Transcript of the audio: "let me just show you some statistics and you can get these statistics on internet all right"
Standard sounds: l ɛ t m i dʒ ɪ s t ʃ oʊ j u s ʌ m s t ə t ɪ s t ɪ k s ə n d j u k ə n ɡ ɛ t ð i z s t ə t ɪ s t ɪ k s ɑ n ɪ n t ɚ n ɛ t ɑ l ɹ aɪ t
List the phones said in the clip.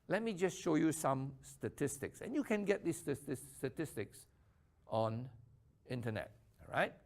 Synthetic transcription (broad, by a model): l ɛ t m i dʒ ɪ s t ʃ oʊ j u s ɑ m s t ə t ɪ s t ɪ k s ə n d j u k ə n ɡ ɛ t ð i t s t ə t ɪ s t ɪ k s ɑ n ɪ n t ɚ n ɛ t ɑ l ɹ aɪ t